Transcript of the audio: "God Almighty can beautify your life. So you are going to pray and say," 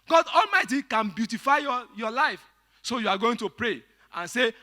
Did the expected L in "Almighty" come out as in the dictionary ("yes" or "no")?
yes